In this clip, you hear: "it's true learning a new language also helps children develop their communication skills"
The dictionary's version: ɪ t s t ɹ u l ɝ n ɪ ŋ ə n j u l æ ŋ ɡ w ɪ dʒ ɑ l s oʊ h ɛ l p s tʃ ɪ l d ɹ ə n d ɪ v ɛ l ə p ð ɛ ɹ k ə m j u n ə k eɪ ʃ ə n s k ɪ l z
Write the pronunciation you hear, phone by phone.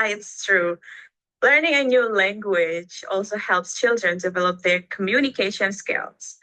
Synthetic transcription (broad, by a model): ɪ t s t ɹ u l ɝ n ɪ ŋ ə n j u l æ ŋ ɡ w ɪ dʒ ɑ l s oʊ h ɛ l p s tʃ ɪ l d ɹ ə n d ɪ v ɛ l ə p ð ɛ ɹ k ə m j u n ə k eɪ ʃ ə n s k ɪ l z